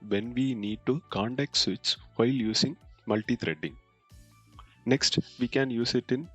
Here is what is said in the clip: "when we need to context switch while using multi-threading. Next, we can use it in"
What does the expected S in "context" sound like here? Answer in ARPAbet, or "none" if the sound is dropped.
none